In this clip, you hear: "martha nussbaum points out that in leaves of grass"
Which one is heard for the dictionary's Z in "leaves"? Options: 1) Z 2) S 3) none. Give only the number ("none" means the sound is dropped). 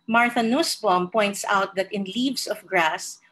2